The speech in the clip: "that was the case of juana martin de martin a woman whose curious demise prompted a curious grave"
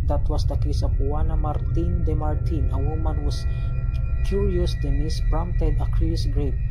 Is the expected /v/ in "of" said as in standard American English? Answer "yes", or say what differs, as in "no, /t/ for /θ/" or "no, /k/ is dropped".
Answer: no, /p/ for /v/